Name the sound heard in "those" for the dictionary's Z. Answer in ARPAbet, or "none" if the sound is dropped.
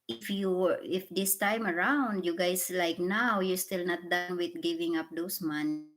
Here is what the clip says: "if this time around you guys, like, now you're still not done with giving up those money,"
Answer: S